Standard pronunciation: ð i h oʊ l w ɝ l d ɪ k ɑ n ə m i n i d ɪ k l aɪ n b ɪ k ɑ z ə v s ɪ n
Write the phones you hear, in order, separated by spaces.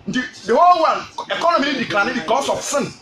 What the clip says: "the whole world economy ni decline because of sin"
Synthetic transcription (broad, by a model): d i h oʊ l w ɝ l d ɪ k ɑ n ə m i l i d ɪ k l aɪ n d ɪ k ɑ s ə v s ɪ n